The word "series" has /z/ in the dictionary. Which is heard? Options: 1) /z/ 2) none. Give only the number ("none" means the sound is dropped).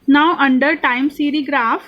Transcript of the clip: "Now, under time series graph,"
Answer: 2